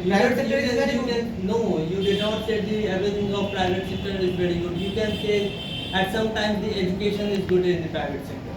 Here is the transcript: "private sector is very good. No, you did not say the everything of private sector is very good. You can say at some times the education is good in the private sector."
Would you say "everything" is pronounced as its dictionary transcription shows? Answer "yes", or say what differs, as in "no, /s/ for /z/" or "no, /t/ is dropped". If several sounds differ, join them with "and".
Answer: no, /ɹ/ is dropped